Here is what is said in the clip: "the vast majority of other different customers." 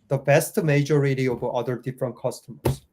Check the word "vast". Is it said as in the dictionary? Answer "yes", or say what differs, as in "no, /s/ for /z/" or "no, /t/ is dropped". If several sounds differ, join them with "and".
no, /b/ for /v/